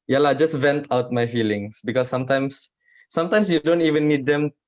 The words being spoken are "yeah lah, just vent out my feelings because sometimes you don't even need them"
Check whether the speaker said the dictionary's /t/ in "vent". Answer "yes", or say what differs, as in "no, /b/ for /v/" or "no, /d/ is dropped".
yes